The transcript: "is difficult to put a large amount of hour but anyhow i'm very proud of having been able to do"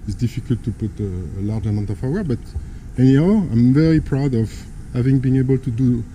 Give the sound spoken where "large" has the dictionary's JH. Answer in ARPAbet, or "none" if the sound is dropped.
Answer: JH